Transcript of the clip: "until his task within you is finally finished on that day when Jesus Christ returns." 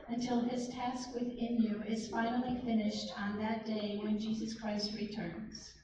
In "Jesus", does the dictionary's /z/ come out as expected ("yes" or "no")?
yes